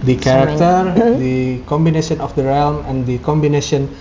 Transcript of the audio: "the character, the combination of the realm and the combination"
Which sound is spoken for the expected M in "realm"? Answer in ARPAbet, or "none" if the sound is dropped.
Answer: M